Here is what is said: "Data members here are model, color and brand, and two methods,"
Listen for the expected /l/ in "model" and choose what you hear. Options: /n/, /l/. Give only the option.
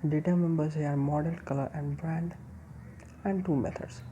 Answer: /n/